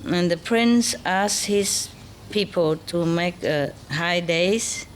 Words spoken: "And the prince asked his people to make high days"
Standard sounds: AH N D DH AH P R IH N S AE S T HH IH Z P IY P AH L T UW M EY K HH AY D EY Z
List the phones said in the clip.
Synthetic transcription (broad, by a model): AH N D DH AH P R IH N S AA S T HH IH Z P IY P AH L T UW M EY K HH AY D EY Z